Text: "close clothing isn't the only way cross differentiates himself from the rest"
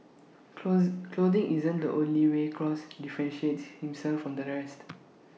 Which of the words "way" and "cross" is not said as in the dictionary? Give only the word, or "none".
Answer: none